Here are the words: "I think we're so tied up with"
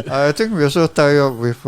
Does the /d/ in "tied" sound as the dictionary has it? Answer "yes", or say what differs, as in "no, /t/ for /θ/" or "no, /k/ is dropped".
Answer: no, /d/ is dropped